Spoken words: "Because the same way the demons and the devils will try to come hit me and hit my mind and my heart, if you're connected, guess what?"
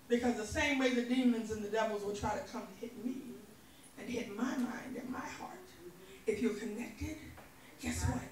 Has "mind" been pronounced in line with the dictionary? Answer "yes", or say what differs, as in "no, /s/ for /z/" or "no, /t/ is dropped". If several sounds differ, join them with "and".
yes